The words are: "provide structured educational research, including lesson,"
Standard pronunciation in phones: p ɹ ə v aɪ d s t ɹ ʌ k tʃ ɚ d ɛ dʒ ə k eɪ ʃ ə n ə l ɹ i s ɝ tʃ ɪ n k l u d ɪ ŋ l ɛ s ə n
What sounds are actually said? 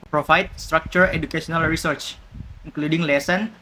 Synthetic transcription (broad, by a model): p ɹ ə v aɪ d s t ɹ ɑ k tʃ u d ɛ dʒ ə k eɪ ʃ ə n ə l ɹ i s ɝ tʃ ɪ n k l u d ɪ ŋ l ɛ s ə n